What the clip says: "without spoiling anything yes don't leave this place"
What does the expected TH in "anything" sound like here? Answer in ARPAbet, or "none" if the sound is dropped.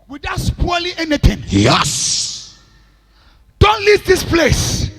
T